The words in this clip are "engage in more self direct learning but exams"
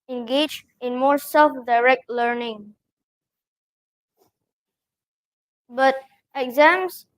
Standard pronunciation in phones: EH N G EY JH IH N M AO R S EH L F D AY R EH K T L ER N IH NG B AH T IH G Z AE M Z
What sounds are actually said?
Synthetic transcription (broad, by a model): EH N G EY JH IH N M AO R S EH L F D AY R EH K T L ER N IH NG B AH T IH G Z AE M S